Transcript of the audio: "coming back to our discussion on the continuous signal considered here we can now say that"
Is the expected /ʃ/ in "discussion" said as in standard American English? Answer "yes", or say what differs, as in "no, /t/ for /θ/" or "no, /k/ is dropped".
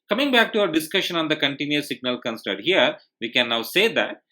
yes